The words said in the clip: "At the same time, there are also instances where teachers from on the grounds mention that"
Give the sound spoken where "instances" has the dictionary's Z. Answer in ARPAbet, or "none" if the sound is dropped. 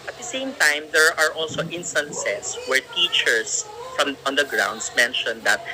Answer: S